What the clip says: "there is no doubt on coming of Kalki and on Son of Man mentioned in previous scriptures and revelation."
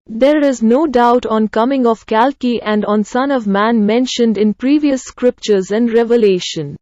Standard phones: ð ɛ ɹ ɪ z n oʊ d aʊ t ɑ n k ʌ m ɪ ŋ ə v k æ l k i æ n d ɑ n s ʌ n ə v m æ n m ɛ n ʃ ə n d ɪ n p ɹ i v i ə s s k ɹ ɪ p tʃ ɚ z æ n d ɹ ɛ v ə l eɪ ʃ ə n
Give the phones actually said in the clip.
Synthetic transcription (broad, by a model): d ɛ ɹ ɪ z n oʊ d aʊ t ɑ n k ʌ m ɪ ŋ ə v k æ l k i æ n d ɑ n s ʌ n ə v m æ n m ɛ n ʃ ə n d ɪ n p ɹ i v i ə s s k ɹ ɪ p tʃ ɚ z æ n d ɹ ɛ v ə l eɪ ʃ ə n